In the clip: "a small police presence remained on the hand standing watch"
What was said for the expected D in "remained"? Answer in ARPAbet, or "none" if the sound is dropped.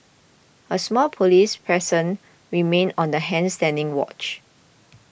none